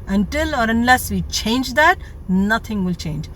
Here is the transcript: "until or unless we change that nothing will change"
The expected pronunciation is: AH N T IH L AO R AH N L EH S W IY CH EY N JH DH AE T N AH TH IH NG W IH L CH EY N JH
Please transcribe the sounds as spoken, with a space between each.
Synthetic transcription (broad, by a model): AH N T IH L AO R AH N L EH S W IY CH EY N JH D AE T N AH T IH NG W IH L CH EY N JH